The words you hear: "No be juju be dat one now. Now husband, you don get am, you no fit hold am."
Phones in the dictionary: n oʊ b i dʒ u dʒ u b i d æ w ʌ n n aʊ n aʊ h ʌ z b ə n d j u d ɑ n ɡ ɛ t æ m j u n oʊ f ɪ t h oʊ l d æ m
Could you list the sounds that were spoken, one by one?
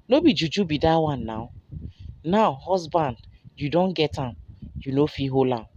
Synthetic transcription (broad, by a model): n oʊ b i dʒ u dʒ u b i d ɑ w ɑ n n aʊ n aʊ h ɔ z b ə n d j u d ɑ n ɡ ɛ t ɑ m j u n oʊ f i h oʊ l ɑ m